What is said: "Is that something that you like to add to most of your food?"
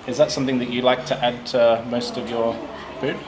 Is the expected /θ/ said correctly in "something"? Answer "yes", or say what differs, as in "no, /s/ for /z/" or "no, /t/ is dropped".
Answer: yes